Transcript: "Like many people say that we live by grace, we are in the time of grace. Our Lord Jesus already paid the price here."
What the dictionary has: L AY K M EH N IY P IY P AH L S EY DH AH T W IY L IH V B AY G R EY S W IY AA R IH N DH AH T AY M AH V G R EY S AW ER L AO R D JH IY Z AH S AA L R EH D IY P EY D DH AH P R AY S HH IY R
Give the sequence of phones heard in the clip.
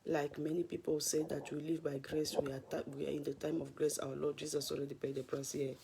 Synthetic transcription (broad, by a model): L AY K M EH N IY P IY P AH L S EY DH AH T W IY L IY V B AY G R EY S W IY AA W IH N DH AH T AY M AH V G R EY S AW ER L AO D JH IY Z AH S AA L R EH D IY P EY D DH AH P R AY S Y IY